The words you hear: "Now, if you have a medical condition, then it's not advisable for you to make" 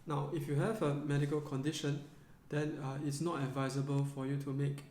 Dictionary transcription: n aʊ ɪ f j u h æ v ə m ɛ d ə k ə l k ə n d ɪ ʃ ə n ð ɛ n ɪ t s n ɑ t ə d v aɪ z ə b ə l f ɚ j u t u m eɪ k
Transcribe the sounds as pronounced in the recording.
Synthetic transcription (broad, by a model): n aʊ ɪ f j u h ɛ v ə m ɛ d ə k ə l k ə n d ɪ ʃ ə n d ɛ n ɪ t s n ɑ t ə d v aɪ z ə b ə l f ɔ j u t u m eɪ k